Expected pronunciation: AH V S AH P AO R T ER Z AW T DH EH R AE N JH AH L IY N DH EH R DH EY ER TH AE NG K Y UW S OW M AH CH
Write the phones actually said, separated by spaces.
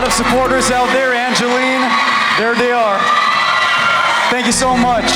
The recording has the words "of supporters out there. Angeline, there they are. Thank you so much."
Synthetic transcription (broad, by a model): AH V S AH P AO R T ER Z AW T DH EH R AE N JH AH L IY N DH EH R DH EY ER TH AE NG K Y UW S OW M AH CH